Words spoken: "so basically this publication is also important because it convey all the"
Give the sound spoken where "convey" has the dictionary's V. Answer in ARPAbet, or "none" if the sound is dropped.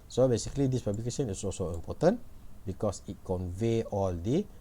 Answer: V